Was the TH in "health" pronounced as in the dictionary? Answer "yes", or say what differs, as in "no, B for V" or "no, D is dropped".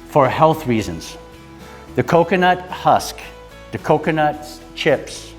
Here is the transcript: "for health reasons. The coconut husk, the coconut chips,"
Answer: yes